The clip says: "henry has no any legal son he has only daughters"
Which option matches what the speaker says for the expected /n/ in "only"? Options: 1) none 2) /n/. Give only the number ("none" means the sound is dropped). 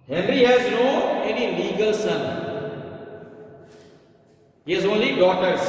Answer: 2